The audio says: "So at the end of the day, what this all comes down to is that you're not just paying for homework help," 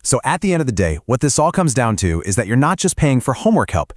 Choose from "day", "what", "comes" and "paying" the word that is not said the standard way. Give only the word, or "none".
none